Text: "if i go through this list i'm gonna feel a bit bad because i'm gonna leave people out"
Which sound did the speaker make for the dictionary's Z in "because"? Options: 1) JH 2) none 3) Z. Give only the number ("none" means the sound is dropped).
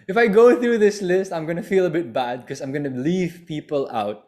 2